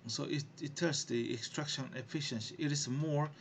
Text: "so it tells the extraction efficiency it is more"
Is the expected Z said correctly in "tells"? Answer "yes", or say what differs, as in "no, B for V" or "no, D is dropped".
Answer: no, S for Z